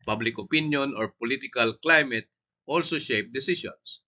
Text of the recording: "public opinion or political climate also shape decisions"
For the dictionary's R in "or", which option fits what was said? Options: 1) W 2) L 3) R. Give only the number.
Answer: 3